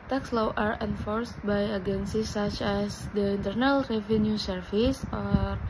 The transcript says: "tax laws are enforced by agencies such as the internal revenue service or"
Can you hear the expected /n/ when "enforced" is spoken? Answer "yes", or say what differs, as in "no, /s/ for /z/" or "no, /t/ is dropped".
yes